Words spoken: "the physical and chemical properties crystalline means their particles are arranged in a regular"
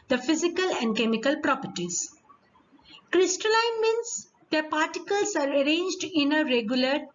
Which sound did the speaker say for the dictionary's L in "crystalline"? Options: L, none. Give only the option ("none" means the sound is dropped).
L